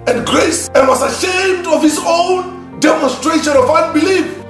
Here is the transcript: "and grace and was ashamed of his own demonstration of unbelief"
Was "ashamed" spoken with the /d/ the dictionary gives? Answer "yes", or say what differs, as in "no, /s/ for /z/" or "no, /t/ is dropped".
yes